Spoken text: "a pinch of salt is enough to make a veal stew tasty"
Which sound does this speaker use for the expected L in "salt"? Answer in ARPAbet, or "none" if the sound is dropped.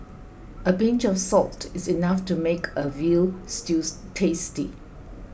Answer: L